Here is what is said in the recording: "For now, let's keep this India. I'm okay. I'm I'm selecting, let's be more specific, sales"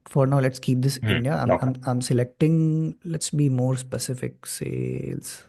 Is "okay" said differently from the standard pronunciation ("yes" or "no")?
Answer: yes